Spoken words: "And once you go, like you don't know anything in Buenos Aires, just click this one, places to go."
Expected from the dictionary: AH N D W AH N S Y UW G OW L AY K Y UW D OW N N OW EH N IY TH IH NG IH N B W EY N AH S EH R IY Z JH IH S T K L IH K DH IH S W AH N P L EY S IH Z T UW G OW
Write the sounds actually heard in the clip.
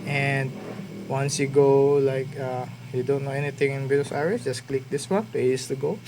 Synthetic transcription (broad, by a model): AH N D W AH N S Y UW G OW L AY K Y UW D OW N N OW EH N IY T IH NG IH N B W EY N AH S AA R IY S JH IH S K L IH K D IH S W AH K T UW IH S T UW G OW